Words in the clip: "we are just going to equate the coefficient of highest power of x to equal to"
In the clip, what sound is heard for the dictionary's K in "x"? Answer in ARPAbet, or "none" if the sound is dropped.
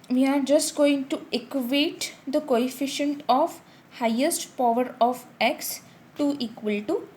K